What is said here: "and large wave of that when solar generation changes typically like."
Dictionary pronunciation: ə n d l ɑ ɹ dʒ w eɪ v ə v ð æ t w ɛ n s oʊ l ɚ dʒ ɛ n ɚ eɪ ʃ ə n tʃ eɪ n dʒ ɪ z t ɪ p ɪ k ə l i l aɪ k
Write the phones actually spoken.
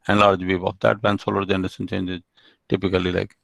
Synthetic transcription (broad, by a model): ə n l ɑ ɹ dʒ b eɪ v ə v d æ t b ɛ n s oʊ l ɚ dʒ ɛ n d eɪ s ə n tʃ eɪ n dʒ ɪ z t ɪ p ɪ k ə l i l aɪ k